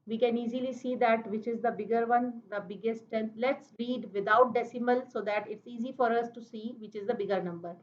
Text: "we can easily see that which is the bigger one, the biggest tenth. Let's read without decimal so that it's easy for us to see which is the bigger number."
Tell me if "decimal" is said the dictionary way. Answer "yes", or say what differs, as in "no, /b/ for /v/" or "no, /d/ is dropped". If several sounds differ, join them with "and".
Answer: yes